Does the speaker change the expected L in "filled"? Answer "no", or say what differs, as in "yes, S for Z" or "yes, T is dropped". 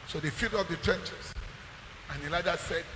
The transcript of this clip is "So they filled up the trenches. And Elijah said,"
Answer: yes, L is dropped